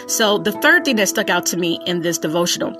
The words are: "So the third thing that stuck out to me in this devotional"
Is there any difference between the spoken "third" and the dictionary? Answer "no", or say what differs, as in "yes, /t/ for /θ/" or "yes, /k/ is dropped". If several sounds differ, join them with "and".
no